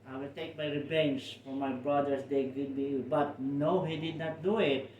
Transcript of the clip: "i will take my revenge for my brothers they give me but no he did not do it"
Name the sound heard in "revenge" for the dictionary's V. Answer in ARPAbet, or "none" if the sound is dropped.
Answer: B